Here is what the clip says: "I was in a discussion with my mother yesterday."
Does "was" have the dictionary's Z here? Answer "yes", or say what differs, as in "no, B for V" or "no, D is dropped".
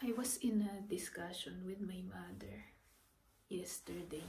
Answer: no, S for Z